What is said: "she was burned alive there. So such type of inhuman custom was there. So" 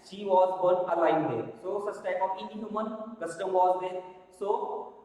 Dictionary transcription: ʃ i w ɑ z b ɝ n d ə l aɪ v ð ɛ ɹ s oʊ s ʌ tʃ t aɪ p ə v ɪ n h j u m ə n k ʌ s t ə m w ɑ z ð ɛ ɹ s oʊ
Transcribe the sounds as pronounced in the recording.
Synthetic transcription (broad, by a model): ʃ i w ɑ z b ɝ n ə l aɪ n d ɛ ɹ s oʊ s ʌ s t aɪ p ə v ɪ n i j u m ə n k ʌ s t ə m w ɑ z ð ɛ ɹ s oʊ